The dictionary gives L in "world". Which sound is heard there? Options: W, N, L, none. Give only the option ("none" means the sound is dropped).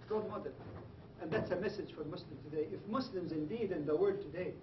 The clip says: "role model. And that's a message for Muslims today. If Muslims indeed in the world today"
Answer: none